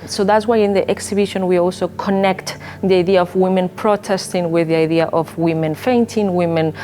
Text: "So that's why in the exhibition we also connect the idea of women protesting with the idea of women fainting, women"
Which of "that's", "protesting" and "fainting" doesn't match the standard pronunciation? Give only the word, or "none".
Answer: none